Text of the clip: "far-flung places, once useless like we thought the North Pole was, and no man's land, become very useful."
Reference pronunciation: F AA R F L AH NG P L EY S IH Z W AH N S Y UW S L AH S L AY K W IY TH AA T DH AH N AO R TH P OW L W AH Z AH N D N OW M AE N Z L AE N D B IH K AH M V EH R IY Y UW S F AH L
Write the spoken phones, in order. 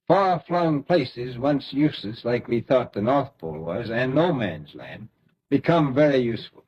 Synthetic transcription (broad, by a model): F AA R F L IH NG P L EY S IH Z W AH N S Y UW S L AH S L AY K W IY TH AA T DH AH N AO R TH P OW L W AH Z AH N N OW M AE N Z L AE N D B IH K AH M V EH R IY Y UW S F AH L